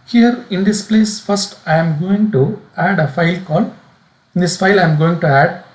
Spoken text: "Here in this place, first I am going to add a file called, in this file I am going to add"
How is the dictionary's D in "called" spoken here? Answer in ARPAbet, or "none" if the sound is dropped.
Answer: none